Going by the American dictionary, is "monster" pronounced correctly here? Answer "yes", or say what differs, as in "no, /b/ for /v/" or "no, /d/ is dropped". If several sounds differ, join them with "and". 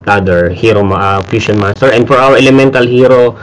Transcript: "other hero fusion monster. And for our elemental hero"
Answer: no, /n/ is dropped